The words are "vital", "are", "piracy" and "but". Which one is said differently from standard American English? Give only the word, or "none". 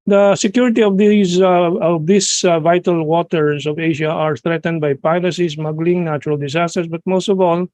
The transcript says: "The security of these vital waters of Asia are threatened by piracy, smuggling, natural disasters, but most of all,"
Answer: piracy